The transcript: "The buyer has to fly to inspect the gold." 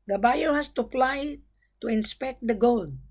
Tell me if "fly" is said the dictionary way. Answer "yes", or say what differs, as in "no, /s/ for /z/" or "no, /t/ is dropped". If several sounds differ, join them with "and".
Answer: no, /p/ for /f/